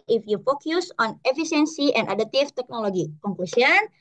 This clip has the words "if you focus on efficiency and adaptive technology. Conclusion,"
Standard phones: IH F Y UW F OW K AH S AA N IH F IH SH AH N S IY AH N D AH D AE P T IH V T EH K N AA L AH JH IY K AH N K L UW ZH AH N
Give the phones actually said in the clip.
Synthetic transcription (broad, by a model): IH F Y UW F OW K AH S AA N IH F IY S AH N S IY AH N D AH D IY T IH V T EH K N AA L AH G IY K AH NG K L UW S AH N